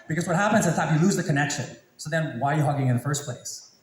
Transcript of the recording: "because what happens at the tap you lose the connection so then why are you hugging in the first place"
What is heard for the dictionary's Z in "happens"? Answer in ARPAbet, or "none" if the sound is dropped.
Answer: Z